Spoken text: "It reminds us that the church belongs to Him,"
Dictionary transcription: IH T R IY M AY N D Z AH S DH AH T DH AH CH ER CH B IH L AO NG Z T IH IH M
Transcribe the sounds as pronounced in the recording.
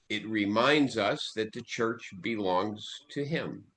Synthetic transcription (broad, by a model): IH T R IY M AY N D Z AH S DH AH T DH AH CH ER CH B IH L AO NG Z T IH IH M